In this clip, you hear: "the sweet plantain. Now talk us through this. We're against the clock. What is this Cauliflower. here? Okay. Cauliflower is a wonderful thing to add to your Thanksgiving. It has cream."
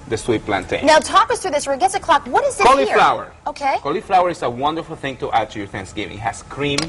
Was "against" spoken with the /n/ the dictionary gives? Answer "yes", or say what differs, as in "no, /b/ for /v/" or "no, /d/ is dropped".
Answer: no, /n/ is dropped